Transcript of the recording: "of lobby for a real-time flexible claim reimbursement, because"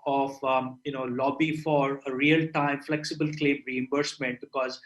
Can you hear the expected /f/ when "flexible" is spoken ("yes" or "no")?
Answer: yes